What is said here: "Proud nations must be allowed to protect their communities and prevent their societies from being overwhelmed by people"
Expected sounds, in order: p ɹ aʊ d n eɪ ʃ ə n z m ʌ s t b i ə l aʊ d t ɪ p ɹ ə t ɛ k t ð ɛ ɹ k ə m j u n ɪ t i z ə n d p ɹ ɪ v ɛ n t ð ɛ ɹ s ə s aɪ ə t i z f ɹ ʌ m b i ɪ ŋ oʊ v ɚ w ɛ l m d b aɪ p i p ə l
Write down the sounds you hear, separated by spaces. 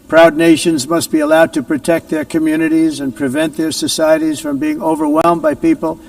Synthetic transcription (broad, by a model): p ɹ aʊ d n eɪ ʃ ə n z m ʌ s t b i ə l aʊ d t ɪ p ɹ ə t ɛ k t ð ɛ ɹ k ə m j u n ɪ t i z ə n p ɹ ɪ v ɛ n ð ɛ ɹ s ə s aɪ ə t i z f ɹ ʌ m b i ɪ ŋ oʊ v ɚ w ɛ l m b aɪ p i p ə l